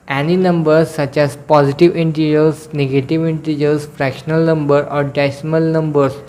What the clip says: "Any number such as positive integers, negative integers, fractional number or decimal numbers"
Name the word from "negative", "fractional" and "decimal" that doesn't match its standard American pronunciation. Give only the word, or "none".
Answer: none